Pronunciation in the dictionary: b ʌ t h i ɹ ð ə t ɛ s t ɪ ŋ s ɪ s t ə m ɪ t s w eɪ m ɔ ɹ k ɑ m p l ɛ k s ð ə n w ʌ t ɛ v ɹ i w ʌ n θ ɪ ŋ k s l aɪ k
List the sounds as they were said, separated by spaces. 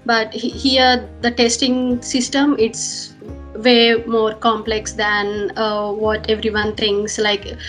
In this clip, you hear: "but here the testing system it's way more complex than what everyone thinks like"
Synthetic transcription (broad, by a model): b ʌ t h i ɹ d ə t ɛ s t ɪ ŋ s ɪ s t ə m ɪ t s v eɪ m ɔ ɹ k ɑ m p l ɛ k s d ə n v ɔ t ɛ v ɹ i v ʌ n t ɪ ŋ k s l aɪ k